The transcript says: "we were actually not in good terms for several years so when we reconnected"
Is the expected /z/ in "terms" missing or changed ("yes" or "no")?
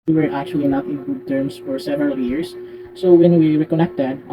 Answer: yes